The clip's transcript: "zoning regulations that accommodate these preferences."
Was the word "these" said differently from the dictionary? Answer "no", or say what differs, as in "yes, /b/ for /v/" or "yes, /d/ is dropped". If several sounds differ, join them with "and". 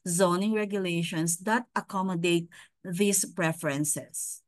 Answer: yes, /s/ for /z/